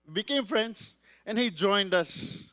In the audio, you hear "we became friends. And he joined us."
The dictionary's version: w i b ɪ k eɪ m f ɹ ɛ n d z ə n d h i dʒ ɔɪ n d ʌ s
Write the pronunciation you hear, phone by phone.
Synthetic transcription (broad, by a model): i b ɪ k eɪ m f ɹ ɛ n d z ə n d h i dʒ ɔɪ n d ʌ s